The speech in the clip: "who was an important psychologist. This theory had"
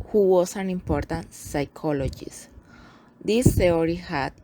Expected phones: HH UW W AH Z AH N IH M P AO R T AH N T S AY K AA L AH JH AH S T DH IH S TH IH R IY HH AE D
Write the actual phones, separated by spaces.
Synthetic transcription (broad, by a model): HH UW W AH S AH N IH M P AO R T AH N T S AY K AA L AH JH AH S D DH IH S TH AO R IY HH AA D